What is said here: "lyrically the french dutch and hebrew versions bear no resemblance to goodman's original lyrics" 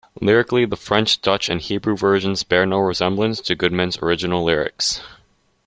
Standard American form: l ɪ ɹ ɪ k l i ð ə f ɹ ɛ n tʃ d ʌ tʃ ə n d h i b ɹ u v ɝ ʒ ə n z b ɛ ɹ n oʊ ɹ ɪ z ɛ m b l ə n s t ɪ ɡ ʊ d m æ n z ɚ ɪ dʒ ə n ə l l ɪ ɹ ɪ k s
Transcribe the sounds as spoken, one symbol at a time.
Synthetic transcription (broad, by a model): l ɪ ɹ ɪ k l i ð ə f ɹ ɛ n tʃ d ʌ tʃ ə n h i b ɹ u v ɝ ʒ ə n z b ɛ ɹ n oʊ ɹ ɪ z ɛ m b l ə n s t ɪ ɡ ʊ d m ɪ n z ɚ ɪ dʒ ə n l l ɪ ɹ ɪ k s